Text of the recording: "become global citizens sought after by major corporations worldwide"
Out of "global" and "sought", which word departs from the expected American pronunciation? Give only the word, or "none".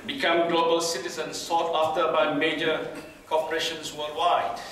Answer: none